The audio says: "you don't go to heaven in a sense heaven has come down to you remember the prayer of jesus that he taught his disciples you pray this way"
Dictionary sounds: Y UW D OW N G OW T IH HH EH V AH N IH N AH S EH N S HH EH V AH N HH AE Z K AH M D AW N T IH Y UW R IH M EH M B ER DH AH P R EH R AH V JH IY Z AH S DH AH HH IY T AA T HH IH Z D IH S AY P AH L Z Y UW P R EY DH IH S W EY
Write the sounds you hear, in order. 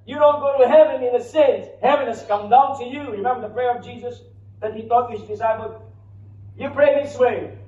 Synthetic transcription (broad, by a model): Y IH D OW N G OW T IH HH EH V AH N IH N AH S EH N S HH EH V AH N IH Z K AH M D AW N T IH Y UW R IH M EH M B ER DH AH P R EH R AH V JH IY Z AH S DH AH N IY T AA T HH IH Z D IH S AY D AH Y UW P R EY DH IH S W EY